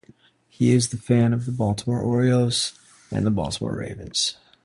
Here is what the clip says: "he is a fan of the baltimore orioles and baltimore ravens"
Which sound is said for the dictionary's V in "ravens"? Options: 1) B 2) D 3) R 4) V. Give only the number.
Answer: 4